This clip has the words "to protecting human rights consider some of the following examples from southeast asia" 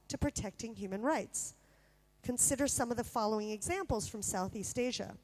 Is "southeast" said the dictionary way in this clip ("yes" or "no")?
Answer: yes